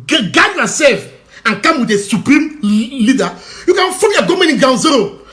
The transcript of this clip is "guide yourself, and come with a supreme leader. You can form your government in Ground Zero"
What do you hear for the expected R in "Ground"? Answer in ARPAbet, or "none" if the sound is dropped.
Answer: none